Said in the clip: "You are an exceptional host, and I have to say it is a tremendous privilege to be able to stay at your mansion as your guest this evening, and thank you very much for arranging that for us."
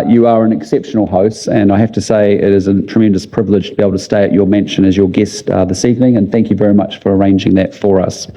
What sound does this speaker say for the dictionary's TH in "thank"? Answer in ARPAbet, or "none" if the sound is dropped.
TH